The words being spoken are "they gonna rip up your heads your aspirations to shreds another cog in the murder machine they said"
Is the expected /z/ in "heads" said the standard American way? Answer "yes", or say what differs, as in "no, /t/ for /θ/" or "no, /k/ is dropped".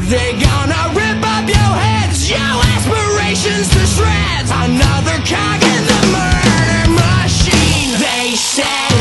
yes